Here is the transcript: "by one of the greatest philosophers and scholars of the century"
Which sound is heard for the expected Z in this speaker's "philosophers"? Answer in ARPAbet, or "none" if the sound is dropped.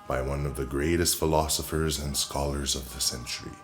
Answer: Z